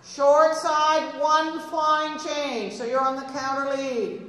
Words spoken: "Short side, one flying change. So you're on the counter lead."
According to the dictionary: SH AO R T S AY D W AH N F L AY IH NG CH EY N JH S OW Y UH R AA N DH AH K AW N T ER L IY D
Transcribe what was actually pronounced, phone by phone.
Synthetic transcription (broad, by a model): SH AO R T S AY D W AH N F AY IH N CH EY N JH S OW Y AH R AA N DH AH K AW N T ER L IY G